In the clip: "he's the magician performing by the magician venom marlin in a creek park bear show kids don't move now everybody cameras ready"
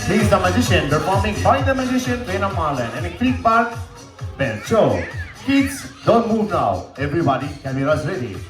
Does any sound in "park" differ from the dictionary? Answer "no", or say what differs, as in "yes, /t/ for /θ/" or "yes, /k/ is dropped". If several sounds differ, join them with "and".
yes, /b/ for /p/